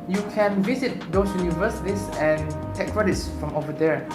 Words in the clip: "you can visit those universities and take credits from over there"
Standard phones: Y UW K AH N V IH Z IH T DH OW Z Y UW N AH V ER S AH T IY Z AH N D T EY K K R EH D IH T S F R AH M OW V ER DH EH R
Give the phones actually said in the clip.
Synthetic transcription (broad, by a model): Y UW K AH N V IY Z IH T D OW S Y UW N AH V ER S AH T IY S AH N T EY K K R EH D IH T S F R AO M OW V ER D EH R